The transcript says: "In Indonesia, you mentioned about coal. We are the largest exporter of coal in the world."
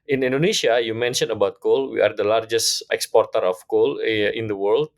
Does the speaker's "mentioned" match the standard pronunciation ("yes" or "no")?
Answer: no